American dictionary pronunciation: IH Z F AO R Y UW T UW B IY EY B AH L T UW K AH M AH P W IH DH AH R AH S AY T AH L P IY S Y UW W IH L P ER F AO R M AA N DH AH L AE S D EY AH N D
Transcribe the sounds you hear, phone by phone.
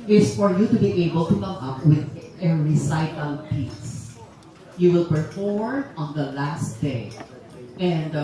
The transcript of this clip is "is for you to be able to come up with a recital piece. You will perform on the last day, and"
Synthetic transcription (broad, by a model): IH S F AO R Y UW T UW B IY EY B AH L T UW K AH M AH P W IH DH AH R AH S AY T AH L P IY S Y UW W IH L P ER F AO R AA N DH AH L AE S D EY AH N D